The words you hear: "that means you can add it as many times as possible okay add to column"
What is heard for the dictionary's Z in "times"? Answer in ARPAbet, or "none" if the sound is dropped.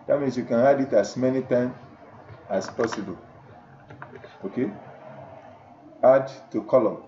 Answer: none